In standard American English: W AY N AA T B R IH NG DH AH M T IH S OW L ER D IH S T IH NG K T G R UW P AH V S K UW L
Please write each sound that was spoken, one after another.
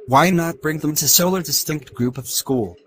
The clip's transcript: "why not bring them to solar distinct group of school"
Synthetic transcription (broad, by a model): W AY N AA T B R IH NG DH AH M T IH S OW L ER D IH S T IH NG K T G R UW P AH V S K UW L